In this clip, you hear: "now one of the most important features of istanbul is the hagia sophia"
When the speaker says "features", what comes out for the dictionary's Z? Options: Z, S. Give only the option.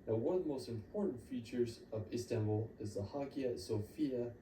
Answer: Z